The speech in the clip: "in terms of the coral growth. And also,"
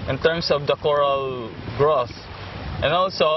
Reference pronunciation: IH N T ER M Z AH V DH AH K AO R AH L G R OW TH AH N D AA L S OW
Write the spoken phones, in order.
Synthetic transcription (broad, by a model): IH N T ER M S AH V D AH K AO R AH L G R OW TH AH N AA L S OW